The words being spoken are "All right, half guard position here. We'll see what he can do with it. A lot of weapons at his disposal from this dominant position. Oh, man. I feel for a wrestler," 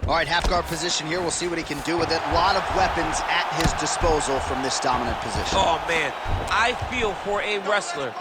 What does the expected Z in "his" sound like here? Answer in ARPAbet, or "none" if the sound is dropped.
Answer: Z